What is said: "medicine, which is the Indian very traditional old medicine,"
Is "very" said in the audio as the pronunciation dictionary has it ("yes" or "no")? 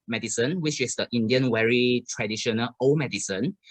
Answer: no